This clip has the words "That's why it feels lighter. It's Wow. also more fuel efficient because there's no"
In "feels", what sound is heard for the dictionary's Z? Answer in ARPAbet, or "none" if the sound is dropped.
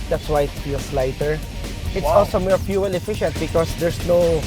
S